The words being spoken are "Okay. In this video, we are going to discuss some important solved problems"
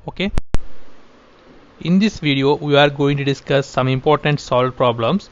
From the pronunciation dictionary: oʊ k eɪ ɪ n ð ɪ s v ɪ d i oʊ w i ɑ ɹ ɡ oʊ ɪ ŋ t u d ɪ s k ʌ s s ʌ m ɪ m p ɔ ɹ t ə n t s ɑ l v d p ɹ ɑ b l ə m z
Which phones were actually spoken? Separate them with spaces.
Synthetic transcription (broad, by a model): oʊ k eɪ ɪ n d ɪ s v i d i oʊ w i ɑ ɹ ɡ oʊ ɪ ŋ t u d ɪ s k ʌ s s ʌ m ɪ m p ɔ ɹ t ə n t s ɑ l d p ɹ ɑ b l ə m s